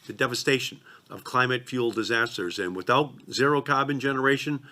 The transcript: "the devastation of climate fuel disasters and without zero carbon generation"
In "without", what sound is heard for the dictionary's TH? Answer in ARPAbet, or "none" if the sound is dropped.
TH